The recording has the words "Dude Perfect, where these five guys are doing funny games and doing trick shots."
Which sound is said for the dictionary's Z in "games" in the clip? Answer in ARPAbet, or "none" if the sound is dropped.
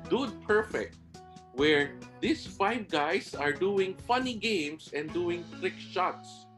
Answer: S